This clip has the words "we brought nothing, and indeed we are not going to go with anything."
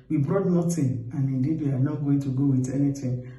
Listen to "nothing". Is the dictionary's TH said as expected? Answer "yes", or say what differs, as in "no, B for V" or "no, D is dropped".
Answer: no, T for TH